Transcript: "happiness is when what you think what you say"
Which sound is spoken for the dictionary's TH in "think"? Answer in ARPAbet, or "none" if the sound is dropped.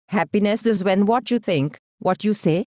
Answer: T